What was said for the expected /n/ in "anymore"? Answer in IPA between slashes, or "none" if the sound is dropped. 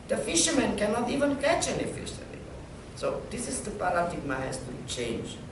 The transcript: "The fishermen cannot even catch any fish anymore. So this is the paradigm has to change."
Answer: /l/